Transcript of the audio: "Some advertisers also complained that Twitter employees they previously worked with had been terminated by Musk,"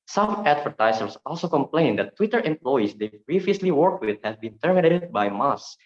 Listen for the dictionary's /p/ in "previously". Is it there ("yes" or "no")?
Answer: no